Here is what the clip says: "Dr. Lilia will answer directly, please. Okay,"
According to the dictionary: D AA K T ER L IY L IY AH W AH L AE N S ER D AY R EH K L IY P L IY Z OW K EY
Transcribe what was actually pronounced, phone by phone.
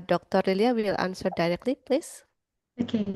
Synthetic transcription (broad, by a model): D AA K T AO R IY L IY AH W AH L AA N S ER D AY R EH K L IY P L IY S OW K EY